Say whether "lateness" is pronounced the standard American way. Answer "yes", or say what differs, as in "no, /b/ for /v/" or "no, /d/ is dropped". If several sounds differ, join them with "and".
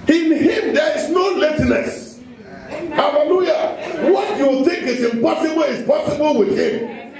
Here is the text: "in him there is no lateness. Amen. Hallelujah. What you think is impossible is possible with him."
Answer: no, /n/ is dropped